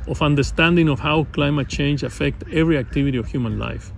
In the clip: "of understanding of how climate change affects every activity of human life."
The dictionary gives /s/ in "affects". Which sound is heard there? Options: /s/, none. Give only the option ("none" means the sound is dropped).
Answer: none